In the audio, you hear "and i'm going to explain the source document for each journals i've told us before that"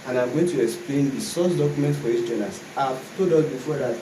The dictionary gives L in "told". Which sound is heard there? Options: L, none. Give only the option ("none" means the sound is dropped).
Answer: none